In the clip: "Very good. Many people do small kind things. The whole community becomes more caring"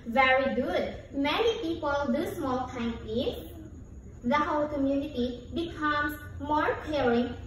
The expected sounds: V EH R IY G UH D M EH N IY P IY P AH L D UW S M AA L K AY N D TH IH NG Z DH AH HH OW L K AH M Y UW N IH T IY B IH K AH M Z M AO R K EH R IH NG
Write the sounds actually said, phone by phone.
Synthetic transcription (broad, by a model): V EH R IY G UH D M EH N IY P IY P AH L D UW S M AA L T AY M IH Z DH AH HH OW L K AH M Y UW N IH T IY B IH K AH M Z M AO R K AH R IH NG